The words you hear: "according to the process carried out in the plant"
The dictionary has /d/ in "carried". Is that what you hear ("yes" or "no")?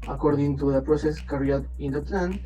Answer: no